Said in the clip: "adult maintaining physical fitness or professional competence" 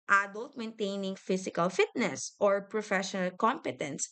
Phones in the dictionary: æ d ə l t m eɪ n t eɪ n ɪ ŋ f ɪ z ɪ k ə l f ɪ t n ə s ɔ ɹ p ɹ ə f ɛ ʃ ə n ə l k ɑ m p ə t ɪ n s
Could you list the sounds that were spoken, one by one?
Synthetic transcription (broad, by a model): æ d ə l t m eɪ n t eɪ n ɪ ŋ f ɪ s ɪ k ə l f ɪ t n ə s ɔ ɹ p ɹ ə f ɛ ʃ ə n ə l k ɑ m p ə t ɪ n s